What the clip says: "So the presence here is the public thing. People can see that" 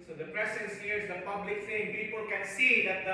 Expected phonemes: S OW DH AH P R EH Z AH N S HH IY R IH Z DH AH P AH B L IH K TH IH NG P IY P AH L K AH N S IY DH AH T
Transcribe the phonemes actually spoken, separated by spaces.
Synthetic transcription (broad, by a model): S OW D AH P R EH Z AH N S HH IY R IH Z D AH P AH B L IH K F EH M P IY P AH L K AH N S IY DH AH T